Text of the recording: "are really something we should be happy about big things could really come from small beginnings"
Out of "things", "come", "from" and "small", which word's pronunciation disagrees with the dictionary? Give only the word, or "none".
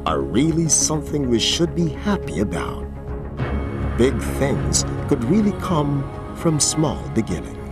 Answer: none